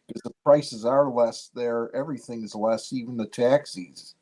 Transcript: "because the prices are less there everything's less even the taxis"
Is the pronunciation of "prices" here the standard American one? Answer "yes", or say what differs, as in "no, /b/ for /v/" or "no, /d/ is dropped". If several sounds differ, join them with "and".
yes